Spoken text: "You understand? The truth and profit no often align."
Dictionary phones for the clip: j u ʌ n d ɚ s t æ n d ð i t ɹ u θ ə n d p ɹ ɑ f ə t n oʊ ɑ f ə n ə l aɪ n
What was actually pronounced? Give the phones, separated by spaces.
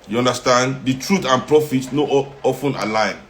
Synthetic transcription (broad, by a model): j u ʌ n d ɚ s t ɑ n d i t ɹ u t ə n p ɹ ɑ f ə t n oʊ ɑ f ə n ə l aɪ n